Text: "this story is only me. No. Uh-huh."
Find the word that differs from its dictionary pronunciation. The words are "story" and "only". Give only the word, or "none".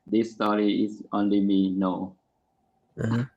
none